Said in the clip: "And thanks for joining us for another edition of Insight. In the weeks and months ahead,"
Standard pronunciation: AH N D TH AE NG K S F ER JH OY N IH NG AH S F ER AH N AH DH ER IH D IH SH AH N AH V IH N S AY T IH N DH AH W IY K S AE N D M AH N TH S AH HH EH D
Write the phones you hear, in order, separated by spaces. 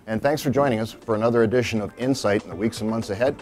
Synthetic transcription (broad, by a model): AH N TH AE NG K S F ER JH OY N IH NG AH S F ER AH N AH DH ER IH D IH SH AH N AH V IH N S AY T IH N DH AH W IY K S N M AH N TH S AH HH EH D